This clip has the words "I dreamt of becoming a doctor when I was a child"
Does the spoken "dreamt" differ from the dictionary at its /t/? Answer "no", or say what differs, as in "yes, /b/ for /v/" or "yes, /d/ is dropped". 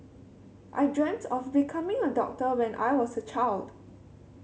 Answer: no